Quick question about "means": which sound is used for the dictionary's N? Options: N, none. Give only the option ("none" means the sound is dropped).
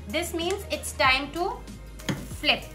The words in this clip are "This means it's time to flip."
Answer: N